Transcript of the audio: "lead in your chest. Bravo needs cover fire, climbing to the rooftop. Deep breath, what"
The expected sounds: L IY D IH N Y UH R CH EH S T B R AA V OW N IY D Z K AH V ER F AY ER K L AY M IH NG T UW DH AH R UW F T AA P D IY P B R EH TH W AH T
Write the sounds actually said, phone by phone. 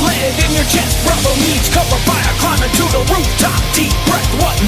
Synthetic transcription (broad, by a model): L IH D IH N Y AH R CH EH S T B R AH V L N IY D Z K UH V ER F AY ER K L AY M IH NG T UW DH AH R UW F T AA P D IY P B R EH T W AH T